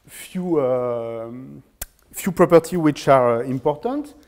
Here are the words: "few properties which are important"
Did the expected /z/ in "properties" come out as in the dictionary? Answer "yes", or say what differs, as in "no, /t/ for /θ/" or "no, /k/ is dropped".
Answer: no, /z/ is dropped